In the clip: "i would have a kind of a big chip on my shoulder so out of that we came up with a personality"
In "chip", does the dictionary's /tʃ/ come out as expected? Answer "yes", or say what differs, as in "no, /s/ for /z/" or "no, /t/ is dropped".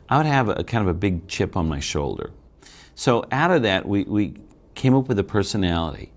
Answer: yes